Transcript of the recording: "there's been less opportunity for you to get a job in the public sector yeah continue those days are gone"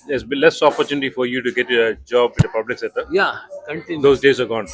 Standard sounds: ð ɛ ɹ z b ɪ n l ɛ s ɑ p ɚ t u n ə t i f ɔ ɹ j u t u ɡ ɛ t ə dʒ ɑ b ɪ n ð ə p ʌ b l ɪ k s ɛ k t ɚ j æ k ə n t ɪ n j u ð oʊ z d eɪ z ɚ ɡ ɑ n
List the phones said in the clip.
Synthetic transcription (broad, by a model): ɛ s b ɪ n l ɛ s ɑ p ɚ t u n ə t i f ɔ ɹ j u t u ɡ ɛ t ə dʒ ɑ b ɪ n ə p ʌ b l ɪ k s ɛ t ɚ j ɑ k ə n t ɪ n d oʊ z d eɪ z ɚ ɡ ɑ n